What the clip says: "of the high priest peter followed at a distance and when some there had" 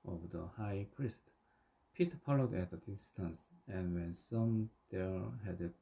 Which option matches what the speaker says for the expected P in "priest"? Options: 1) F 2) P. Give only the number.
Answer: 2